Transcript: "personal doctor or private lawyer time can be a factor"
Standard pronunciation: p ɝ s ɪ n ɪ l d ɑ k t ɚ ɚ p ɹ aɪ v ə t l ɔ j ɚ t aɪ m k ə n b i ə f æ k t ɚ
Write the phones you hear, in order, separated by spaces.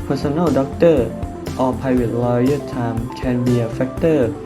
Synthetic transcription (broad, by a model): p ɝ s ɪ n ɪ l d ɑ k t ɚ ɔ p aɪ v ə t l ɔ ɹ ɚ t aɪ m k ə n b i ə f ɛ k t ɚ